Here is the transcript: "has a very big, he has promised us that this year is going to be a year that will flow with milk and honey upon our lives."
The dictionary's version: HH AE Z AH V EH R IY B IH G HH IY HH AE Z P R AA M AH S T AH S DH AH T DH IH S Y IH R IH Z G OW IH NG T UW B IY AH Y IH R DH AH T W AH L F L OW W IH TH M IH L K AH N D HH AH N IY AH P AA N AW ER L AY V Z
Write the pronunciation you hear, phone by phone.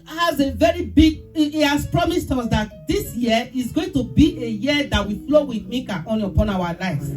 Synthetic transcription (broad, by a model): HH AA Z AH V EH R IY B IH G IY HH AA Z P R AA M AH S T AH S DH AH T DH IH S Y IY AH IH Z G OW IH NG T UW B IY AH Y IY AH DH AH T W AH F L OW W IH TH M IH K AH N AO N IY AH P AA N AW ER L AY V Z